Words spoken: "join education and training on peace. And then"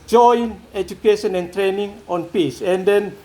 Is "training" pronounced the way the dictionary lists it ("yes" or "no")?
yes